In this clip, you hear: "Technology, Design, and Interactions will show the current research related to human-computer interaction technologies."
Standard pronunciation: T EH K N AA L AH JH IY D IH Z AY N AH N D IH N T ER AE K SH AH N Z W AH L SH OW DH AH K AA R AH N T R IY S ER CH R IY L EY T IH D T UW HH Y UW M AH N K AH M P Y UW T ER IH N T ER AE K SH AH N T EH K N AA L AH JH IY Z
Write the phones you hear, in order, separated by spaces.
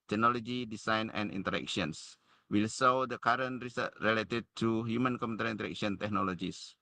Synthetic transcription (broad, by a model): T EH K N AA L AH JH IY D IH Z AY N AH N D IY N T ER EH K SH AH N S W AH L S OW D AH K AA R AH N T R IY S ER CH R IY L EY T IH D T UW HH Y UW M AH N K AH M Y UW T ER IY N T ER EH K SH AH N T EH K N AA L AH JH IY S